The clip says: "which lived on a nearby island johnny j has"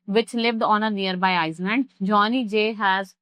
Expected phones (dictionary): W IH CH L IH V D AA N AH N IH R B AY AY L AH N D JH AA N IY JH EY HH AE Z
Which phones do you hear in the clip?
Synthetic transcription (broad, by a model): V IH CH L IH V D AA N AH N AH R B AY AY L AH N D JH AA N IY JH EY HH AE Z